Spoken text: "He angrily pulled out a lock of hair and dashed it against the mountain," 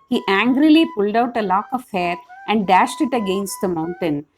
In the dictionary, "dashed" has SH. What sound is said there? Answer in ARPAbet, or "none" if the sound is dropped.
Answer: SH